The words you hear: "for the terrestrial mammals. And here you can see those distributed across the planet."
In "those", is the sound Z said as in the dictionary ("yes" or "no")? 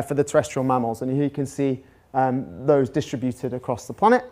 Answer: yes